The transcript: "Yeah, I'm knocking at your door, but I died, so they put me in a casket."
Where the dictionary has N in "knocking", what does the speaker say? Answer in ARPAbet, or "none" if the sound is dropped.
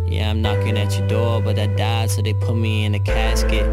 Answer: N